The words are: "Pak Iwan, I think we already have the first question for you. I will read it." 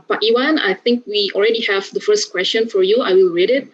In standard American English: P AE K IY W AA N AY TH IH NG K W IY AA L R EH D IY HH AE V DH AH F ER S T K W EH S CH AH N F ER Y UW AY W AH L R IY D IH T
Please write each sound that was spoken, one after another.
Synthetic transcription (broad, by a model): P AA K IY W AA N AY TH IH NG K W IY AA L R EH D IY HH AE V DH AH F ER S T K W EH S CH AH N F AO Y UW AY W AH L R IY D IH T